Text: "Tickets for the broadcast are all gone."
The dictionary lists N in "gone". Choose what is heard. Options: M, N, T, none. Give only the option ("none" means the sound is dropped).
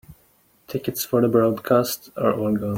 none